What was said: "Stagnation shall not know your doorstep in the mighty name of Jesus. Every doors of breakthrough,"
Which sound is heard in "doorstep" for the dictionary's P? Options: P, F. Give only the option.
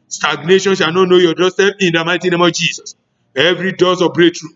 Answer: F